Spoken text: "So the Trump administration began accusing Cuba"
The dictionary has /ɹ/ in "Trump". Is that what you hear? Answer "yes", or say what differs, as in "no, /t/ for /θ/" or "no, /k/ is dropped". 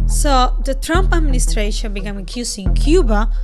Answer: yes